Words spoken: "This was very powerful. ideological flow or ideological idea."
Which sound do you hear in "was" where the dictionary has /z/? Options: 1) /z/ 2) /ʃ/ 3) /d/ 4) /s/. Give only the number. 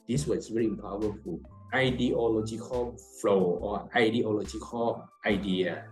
4